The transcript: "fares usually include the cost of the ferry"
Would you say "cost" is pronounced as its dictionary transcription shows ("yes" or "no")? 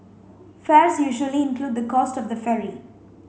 yes